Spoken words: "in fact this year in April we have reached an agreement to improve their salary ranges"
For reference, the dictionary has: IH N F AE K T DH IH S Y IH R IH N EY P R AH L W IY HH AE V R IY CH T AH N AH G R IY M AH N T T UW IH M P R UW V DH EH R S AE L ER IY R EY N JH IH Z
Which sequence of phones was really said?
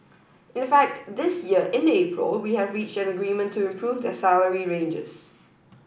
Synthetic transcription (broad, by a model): IH N F AE K T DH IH S Y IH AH IH N EY P R AH L W IY HH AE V R IY CH T AH N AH G R IY M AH N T T UW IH M P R UW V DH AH S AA ER IY R EY N JH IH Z